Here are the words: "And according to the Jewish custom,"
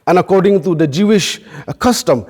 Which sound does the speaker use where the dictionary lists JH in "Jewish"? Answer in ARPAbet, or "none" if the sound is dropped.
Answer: JH